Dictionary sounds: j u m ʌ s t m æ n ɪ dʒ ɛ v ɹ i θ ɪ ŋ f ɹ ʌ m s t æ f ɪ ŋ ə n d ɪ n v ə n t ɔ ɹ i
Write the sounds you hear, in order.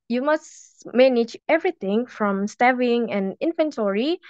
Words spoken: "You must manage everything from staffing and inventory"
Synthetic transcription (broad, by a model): j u m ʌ s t m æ n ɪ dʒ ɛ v ɹ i t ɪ ŋ f ɹ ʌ m s t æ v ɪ ŋ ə n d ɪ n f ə n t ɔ ɹ i